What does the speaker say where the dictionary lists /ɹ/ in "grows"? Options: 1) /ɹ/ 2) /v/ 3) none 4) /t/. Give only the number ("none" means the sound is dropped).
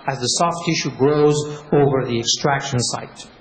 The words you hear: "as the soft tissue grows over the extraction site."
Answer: 1